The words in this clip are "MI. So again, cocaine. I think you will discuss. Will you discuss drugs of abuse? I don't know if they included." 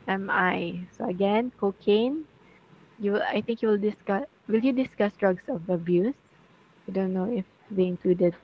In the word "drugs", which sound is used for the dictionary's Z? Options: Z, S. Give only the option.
S